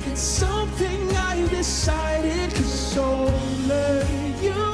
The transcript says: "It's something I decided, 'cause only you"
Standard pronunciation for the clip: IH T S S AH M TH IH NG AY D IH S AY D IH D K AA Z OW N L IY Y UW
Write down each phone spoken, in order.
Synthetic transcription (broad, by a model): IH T S S AH M TH IH NG AY D IH S AY D IH D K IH S OW L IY Y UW